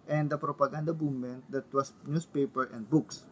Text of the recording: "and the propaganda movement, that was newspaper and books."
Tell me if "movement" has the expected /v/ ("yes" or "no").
no